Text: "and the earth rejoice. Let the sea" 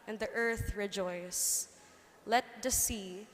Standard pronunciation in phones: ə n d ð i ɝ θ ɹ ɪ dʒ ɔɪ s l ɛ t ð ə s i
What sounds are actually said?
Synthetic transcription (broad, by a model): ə n ð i ɝ θ ɹ ɪ dʒ ɔɪ s l ɛ t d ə s i